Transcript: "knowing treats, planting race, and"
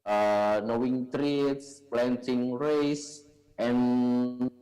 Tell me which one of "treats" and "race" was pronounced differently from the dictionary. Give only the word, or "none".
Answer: none